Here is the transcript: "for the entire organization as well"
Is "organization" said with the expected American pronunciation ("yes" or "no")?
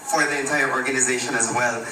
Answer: yes